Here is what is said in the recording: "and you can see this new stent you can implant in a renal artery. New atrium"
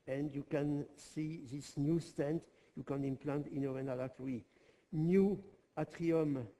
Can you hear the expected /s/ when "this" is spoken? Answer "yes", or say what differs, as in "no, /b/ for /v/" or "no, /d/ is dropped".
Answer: yes